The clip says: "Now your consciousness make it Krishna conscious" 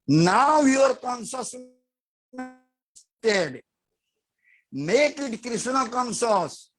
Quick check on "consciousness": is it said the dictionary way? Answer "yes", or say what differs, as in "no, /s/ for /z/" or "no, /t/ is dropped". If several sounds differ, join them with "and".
no, /s/ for /ʃ/